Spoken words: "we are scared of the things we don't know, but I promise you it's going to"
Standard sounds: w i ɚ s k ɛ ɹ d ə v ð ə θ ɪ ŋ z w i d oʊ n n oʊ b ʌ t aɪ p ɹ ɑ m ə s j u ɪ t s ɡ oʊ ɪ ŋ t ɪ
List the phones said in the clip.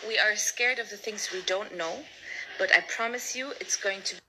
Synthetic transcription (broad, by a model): w i ɚ s k ɛ ɹ d ə v ð ə θ ɪ ŋ z w i d oʊ n n oʊ b ʌ t aɪ p ɹ ɑ m ə s j u ɪ t s ɡ oʊ ɪ ŋ t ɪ